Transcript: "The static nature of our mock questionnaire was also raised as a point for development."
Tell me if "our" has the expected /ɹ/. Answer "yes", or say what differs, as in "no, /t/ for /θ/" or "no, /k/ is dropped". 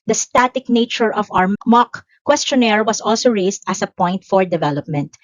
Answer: no, /w/ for /ɹ/